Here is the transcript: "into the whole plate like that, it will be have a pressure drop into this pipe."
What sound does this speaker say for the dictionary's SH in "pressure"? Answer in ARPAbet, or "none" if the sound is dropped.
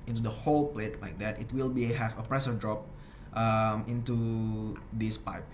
S